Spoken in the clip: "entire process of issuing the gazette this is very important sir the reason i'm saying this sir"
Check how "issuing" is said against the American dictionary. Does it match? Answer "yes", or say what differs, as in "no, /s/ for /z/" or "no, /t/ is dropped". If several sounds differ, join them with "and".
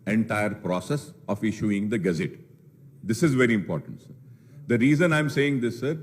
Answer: yes